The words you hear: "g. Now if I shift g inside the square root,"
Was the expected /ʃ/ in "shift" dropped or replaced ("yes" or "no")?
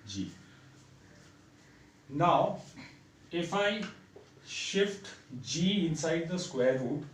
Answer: no